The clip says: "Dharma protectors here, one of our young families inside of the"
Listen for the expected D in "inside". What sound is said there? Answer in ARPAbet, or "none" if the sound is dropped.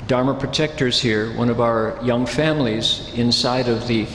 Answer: D